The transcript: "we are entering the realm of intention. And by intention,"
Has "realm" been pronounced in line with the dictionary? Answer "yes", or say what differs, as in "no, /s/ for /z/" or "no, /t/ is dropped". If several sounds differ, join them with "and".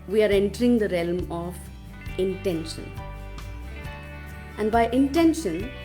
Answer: yes